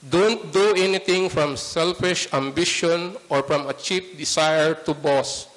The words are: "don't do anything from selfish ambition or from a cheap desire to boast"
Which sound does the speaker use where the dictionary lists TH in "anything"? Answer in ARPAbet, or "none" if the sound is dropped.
T